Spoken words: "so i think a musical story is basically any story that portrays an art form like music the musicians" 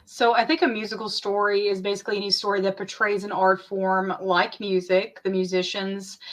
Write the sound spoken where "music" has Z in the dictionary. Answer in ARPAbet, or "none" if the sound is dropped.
Z